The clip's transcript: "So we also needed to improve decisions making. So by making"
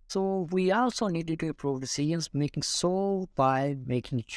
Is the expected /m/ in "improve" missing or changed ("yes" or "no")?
yes